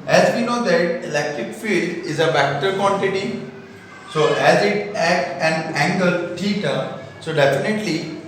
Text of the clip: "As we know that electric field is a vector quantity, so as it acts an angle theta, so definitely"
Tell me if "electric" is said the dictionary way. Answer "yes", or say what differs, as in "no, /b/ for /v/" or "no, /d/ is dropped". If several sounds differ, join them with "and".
yes